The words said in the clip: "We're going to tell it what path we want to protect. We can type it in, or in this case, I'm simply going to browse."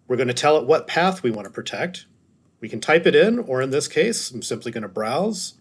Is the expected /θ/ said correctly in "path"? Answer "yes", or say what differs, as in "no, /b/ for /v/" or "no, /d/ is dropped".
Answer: yes